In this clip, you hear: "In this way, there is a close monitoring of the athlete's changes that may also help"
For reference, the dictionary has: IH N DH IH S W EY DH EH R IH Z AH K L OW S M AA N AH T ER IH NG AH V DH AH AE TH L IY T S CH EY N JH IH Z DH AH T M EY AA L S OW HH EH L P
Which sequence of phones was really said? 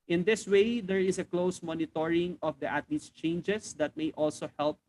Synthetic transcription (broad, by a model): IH N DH IH S W EY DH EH R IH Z AH K L OW S M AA N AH T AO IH NG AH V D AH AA T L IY S CH EY N JH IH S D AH T M EY AA L S OW HH EH L P